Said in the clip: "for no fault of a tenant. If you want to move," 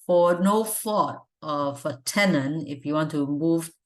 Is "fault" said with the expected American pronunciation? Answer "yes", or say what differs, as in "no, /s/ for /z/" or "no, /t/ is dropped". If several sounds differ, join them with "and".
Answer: no, /l/ is dropped